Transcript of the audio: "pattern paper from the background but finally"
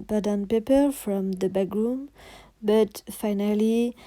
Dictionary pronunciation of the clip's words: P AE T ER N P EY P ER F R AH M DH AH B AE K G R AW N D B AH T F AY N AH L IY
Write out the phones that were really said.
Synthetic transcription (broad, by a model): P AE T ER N P EY P ER F R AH M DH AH B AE G R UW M B AH T F AY N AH L IY